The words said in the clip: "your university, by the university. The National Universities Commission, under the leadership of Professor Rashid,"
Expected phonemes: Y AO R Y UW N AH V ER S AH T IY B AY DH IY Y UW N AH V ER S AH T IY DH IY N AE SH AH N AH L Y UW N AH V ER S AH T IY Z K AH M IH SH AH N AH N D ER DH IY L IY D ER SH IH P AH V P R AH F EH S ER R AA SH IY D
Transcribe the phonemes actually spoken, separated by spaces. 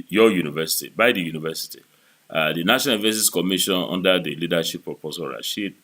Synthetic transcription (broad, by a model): Y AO Y UW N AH V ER S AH T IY B AY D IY Y UW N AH V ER S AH T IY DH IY N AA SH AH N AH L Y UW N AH V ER S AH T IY S K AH M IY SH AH N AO N D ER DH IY L IY D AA SH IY P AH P AH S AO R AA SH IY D